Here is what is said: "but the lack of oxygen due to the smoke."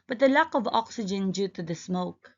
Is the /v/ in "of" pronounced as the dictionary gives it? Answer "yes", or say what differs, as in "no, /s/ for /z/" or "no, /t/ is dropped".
yes